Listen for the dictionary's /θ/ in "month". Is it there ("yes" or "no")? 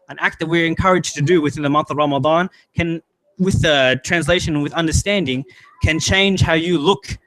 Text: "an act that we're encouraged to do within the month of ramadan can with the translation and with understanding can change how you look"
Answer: yes